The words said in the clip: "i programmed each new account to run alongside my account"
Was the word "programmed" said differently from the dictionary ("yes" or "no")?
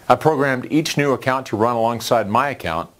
no